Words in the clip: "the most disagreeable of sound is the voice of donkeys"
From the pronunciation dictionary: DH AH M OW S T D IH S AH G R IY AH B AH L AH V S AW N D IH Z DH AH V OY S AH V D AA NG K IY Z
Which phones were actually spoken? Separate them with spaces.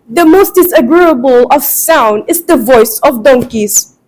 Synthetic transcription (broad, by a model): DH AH M OW S T D IH S AH G R IY AH B AH L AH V S AW N D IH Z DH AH V OY S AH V D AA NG K IY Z